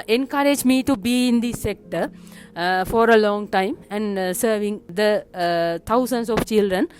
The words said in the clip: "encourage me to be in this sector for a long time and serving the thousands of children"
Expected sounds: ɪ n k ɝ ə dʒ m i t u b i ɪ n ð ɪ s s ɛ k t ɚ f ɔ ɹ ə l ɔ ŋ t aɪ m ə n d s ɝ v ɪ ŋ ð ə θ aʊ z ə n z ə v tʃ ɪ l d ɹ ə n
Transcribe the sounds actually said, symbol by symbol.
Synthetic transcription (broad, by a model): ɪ n k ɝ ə dʒ m i t u b i ɪ n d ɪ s s ɛ k t ɚ f ɔ ɹ ə l ɔ ŋ t aɪ m ə n d s ɝ v ɪ ŋ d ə t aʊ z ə n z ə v tʃ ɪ l d ɹ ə n